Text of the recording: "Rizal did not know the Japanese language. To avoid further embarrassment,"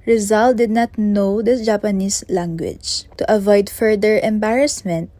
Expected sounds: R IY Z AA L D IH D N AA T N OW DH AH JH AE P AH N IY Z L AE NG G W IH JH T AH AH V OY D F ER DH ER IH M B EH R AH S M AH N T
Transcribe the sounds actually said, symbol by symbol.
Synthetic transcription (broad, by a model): R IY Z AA L D IH D N AA T N OW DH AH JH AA P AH N IY S L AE NG G W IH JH T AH AH V OY D F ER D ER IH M B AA R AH S M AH N T